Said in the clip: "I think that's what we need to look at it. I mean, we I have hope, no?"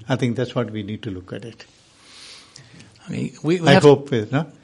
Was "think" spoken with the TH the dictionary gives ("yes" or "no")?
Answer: no